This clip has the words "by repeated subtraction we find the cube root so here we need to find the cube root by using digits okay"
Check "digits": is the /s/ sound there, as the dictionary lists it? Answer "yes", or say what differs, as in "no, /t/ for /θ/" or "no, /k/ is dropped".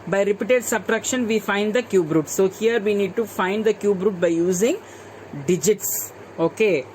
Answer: yes